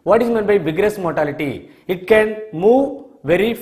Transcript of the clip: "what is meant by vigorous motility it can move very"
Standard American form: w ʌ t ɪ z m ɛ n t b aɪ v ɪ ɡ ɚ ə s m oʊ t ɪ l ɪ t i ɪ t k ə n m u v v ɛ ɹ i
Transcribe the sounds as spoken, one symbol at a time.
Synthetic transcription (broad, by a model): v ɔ t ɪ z m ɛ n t b aɪ b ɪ ɡ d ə s m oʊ t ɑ l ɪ t i ɪ t k ə n m u v v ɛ ɹ i